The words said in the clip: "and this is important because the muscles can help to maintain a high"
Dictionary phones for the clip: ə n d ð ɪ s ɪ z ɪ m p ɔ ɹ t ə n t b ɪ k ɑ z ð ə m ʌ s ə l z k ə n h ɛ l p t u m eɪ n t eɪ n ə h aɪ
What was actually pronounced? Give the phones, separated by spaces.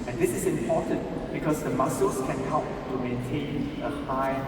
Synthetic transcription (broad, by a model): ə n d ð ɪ s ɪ s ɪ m p ɔ t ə n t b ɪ k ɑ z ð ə m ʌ s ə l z k ə n h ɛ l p t u m eɪ n t eɪ n ə h aɪ